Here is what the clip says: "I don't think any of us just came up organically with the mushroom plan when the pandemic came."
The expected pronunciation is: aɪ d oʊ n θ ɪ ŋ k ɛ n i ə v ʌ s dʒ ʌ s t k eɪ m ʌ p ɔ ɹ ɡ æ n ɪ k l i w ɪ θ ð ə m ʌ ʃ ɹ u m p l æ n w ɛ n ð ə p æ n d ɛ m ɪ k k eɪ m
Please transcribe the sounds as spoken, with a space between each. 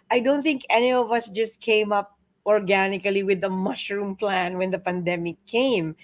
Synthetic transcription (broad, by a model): aɪ d oʊ n θ ɪ ŋ k ɛ n i ə v ʌ s dʒ ʌ s t k eɪ m ʌ p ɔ ɹ ɡ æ n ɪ k l i w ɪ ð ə m ʌ ʃ ɹ u m p l æ n w ɛ n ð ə p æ n d ɛ m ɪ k k eɪ m